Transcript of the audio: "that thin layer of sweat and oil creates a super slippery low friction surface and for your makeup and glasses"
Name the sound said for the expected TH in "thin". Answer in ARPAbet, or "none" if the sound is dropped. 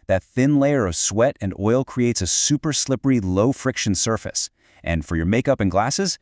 TH